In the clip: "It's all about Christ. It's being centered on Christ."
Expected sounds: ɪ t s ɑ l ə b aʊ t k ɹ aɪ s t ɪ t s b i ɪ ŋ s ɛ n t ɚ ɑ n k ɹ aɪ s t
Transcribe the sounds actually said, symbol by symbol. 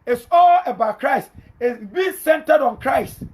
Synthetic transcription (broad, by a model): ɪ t s ɑ l ə b aʊ t k ɹ aɪ s t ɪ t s b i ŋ s ɛ n t ɚ ɑ n k ɹ aɪ s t